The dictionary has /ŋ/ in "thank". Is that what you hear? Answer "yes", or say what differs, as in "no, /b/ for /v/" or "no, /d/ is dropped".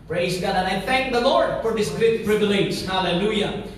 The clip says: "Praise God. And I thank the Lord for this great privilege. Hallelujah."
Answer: yes